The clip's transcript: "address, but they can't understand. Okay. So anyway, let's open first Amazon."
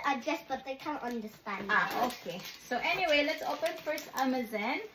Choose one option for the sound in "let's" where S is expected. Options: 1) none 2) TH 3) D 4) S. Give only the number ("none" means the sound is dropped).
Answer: 4